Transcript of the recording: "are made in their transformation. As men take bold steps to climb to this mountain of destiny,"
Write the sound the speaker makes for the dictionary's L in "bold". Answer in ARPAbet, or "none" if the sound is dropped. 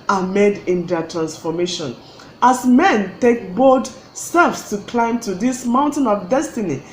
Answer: none